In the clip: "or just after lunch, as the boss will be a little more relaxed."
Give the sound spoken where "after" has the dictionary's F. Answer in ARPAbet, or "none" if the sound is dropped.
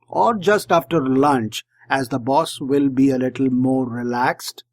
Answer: F